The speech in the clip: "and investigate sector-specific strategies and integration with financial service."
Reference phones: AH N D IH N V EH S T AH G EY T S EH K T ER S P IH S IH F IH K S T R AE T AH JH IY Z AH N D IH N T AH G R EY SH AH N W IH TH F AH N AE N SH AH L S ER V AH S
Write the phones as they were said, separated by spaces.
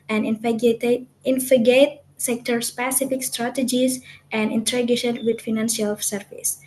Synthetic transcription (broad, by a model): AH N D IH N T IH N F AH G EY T S EH K T ER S P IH S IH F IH K S T R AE T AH JH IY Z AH N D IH N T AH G EY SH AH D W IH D F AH N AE N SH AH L S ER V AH S